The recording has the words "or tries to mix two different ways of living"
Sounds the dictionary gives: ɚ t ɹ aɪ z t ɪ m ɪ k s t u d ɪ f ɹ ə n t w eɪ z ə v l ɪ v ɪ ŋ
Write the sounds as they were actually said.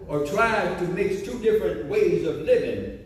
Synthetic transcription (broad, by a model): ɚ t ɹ aɪ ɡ t ɪ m ɪ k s t u d ɪ f ɹ ə n t w eɪ z ə v l ɪ v ɪ ŋ